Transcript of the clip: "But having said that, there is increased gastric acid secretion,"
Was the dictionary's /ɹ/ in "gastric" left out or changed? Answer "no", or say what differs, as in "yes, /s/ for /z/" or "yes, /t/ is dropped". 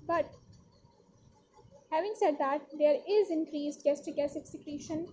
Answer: yes, /ɹ/ is dropped